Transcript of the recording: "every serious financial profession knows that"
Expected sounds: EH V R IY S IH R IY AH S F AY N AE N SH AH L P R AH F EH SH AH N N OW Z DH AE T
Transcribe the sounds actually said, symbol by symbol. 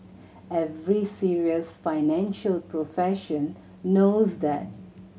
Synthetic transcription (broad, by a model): EH V R IY S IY R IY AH S F AY N AE N SH AH L P R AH F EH SH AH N N OW Z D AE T